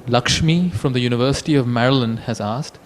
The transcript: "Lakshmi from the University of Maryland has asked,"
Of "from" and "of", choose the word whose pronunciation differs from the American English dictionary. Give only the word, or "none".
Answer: none